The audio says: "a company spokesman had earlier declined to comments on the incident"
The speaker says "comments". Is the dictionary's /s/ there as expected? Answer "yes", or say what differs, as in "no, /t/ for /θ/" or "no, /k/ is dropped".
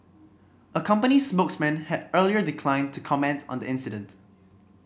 no, /s/ is dropped